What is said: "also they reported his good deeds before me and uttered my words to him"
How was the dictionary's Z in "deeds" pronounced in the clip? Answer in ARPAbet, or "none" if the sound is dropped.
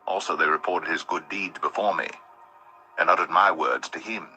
Z